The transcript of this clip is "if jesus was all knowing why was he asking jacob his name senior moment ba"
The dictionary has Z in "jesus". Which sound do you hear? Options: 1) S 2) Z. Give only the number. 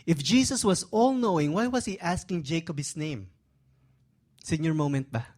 1